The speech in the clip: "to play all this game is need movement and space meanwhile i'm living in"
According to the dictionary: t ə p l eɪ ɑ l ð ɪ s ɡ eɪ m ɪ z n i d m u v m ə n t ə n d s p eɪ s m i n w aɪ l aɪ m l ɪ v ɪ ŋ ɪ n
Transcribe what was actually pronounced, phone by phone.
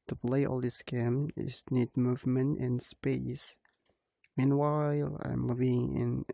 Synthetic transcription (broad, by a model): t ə p l eɪ ɑ l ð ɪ s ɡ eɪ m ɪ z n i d m u v m ə n t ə n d s p eɪ s m i n w aɪ l aɪ m l ɪ v ɪ ŋ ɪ n